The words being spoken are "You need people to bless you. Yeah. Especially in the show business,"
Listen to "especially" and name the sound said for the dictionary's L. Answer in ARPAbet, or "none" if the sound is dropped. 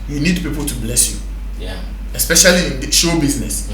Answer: none